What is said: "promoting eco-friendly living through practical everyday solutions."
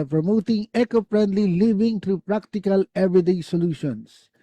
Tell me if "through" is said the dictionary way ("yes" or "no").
no